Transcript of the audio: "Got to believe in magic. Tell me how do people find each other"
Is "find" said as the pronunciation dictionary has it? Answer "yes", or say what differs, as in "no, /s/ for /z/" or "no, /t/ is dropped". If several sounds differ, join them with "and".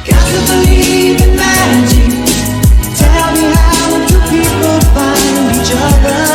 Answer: no, /d/ is dropped